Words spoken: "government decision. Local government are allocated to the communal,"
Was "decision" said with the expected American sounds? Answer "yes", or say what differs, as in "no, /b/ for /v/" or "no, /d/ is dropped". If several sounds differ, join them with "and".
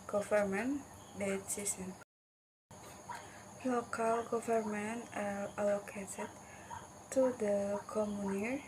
no, /s/ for /ʒ/